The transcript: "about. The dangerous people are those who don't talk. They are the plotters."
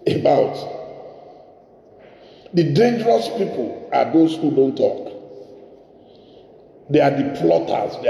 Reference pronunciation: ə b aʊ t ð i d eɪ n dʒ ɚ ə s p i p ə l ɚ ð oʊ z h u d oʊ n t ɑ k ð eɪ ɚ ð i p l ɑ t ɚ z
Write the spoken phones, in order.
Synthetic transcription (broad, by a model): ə b aʊ t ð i d eɪ n dʒ ɚ ə s p i p ə l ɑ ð oʊ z h u d oʊ n t ɑ k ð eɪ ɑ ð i p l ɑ t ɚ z